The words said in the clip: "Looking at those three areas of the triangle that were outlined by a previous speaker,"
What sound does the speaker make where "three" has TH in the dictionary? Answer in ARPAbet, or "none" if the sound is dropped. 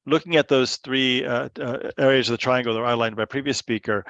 TH